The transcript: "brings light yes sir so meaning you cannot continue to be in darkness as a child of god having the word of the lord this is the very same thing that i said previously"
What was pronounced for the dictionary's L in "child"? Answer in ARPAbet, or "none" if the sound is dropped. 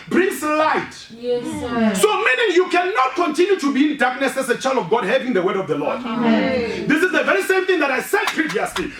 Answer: L